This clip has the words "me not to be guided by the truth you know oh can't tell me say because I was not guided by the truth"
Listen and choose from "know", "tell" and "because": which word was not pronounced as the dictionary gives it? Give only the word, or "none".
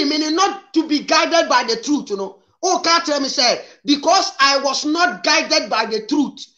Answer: because